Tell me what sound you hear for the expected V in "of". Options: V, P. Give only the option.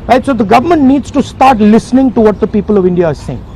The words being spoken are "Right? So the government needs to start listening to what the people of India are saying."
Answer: V